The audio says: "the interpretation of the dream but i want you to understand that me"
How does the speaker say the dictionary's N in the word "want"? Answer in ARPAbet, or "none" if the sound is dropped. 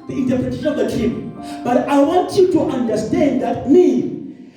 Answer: N